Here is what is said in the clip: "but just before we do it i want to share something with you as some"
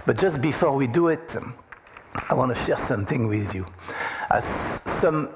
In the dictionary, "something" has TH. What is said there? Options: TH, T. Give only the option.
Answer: TH